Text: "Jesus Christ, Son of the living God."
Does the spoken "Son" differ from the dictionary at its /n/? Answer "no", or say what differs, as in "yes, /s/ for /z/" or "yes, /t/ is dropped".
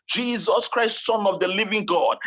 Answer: no